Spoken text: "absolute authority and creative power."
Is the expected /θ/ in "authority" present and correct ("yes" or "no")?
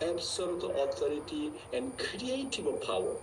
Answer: no